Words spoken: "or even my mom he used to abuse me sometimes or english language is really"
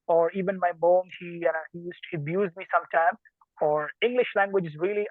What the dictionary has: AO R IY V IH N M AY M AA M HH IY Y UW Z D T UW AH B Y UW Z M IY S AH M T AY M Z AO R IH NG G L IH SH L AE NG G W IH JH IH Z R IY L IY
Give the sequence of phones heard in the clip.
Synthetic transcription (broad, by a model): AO R IY V IH N M AY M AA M HH IY Y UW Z T UW AH B Y UW Z M IY S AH M T AY M AO R IH NG G L IH SH L AE NG G W IH JH IH Z R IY L IY